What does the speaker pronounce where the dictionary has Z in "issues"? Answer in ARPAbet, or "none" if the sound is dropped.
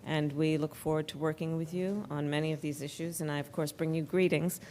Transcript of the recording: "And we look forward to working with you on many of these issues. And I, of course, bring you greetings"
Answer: Z